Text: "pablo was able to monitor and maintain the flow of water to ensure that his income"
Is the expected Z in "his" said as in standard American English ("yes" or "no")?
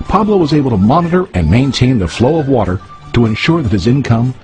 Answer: yes